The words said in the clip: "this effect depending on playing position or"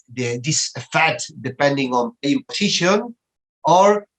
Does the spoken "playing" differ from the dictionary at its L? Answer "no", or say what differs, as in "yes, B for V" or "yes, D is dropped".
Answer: yes, L is dropped